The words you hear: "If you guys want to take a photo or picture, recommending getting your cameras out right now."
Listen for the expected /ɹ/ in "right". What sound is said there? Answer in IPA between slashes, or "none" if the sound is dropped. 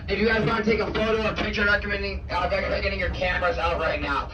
/ɹ/